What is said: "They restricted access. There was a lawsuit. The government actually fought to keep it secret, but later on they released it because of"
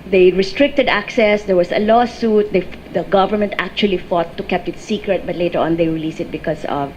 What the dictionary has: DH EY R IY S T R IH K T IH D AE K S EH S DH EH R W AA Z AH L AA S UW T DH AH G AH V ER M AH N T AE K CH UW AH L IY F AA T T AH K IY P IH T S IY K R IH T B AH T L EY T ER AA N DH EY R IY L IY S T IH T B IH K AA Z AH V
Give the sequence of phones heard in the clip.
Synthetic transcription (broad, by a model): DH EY R IY S T R IH K T IH D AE K S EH S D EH R W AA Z AH L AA S UW T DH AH G AH V ER M AH N T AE K CH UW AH L IY F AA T T AH K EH P IH T S IY K R IH T B AH T L EY T ER AA N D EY R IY L IY S IH T B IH K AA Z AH V